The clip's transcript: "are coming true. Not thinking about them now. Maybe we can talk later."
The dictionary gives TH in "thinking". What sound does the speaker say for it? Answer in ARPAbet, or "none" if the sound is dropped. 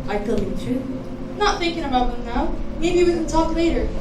TH